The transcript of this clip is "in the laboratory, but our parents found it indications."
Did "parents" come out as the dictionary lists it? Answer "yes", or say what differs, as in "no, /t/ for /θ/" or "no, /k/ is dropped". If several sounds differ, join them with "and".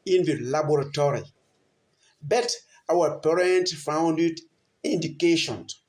no, /s/ is dropped